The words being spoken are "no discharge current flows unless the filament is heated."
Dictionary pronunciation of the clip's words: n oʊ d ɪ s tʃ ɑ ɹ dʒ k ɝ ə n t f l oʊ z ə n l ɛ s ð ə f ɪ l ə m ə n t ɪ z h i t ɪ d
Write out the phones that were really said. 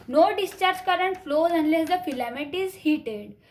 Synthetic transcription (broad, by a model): n oʊ d ɪ s tʃ ɑ ɹ dʒ k ɝ ə n t f l oʊ z ə n l ɛ s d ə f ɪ l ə m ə t ɪ z h i t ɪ d